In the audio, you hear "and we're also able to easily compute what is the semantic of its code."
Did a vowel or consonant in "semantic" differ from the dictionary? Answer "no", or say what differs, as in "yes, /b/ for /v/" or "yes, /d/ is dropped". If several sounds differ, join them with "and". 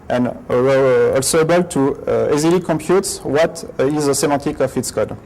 yes, /n/ is dropped